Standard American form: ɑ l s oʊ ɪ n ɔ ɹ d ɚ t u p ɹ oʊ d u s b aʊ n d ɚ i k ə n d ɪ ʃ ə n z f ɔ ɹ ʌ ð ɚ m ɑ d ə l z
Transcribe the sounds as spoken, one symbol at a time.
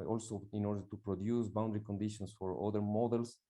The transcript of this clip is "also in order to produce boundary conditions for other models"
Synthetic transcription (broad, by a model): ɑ l s oʊ ɪ n ɔ ɹ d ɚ t u p ɹ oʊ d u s b aʊ n d ɚ i k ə n d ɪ ʃ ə n s f ɔ ɹ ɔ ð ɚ m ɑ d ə l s